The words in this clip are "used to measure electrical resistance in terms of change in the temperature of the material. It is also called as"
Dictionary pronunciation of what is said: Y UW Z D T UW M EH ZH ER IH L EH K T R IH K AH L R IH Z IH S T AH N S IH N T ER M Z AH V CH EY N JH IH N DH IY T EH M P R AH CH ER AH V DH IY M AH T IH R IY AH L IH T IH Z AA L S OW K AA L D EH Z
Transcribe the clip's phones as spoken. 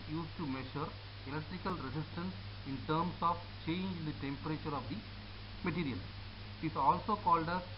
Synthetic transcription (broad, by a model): Y UW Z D T UW M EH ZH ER IH L EH K T R IH K AH L R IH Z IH S T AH N S IH N T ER M S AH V CH EY N JH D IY T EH M P R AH CH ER AH V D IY M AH T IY R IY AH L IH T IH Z AA L S OW K AA L D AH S